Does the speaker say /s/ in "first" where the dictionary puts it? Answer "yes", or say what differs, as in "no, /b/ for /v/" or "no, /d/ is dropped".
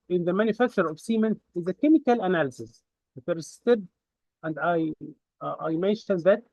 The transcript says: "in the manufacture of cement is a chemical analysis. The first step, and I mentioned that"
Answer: no, /s/ is dropped